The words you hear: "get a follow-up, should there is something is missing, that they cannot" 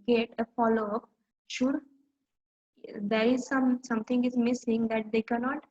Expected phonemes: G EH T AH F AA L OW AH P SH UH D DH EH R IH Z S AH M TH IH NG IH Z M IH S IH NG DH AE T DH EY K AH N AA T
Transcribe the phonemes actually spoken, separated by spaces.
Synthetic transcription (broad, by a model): G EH T AH F AA L OW AH P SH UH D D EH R IH Z S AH M S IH NG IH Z M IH S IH NG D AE T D EY K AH N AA T